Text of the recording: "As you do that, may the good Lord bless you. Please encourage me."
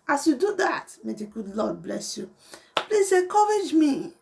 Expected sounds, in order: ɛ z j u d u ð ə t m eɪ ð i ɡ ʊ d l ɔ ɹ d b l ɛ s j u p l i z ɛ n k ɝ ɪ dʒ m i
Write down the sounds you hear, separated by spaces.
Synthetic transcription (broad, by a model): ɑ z j u d u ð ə t m eɪ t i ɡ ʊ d l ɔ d b l ɛ s j u p l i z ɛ k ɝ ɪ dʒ m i